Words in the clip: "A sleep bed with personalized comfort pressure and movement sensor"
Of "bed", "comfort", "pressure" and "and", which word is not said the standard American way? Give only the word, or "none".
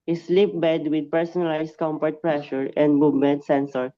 comfort